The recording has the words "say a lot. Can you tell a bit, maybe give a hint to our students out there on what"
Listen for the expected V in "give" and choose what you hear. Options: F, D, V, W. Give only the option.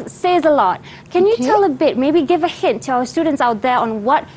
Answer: V